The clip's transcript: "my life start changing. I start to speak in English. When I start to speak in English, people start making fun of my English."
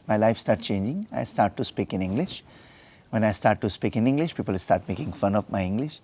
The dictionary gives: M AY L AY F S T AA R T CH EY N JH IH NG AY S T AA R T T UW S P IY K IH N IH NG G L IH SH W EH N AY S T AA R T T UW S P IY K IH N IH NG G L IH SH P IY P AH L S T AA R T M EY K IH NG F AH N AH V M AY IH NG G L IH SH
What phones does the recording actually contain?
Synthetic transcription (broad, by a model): M AY L AY F S T AA R T CH EY N JH IH NG AY S T AA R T T UW S P IY K IH N IH NG G L IH SH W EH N AY S T AA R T T UW S P IY K IH N IH NG G L IH SH P IY P AH L S T AA R T M EY K IH NG F AH N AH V M AY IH NG G L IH SH